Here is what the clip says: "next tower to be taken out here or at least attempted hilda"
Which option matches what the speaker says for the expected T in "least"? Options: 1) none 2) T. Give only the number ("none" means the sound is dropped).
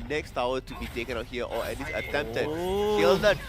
1